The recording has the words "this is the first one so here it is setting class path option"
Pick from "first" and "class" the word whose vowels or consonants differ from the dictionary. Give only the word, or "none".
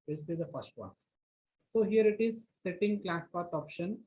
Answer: none